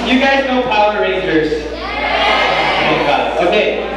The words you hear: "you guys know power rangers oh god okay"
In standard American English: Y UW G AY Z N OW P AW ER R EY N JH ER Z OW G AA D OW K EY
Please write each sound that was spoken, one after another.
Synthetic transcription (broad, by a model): Y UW G AY Z N OW P AW ER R EY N JH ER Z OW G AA OW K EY